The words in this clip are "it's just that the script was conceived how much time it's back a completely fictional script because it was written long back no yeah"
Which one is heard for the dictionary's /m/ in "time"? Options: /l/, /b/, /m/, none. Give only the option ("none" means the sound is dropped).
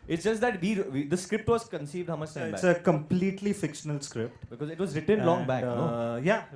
none